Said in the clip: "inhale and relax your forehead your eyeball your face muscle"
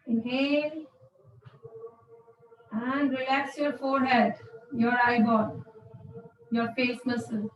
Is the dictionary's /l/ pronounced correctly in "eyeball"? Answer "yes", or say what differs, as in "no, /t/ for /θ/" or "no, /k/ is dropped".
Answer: no, /n/ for /l/